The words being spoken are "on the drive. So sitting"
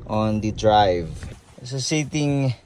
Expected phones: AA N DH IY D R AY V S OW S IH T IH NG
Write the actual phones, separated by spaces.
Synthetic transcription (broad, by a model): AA N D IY D R AY V S OW S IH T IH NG